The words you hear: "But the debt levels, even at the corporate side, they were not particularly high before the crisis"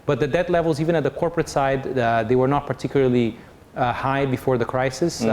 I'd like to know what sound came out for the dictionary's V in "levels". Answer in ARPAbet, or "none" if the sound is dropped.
V